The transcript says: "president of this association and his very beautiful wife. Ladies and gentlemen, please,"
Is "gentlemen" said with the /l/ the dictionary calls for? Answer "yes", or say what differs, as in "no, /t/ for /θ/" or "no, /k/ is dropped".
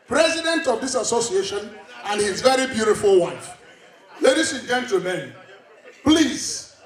no, /l/ is dropped